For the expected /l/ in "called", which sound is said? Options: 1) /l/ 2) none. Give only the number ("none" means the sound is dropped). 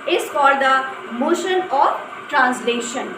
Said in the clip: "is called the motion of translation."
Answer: 2